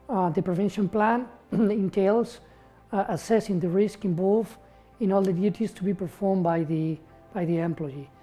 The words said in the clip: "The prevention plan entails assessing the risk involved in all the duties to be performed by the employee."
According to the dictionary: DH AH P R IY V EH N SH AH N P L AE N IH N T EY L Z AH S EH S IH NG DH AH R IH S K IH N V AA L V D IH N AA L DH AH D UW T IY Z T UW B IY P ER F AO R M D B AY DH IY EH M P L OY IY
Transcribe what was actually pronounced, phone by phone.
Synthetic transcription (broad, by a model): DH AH P R IY V EH N SH AH N P L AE N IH N T EY L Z AH S EH S IH NG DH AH R IH S K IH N B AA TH IH N AA L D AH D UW T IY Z T UW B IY P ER F AO R M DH B AY DH IY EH M P L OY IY